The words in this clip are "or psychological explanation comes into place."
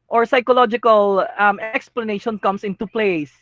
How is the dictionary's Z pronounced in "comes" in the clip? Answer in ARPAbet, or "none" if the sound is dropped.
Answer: S